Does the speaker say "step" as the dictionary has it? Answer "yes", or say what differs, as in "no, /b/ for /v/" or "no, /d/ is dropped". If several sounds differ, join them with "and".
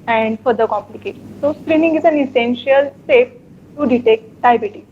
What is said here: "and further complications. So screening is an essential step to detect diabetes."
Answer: no, /f/ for /p/